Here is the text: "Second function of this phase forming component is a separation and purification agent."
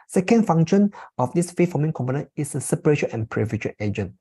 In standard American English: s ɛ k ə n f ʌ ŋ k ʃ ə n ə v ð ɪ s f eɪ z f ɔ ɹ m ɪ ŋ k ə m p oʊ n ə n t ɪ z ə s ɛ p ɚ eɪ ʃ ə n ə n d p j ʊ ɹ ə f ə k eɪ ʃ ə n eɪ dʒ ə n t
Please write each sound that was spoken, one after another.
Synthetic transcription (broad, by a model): s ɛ k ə n f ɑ ŋ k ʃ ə n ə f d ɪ s f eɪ f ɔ m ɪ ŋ k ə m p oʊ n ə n ɪ s ə s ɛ p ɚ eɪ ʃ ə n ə n p ɹ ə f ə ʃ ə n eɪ dʒ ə n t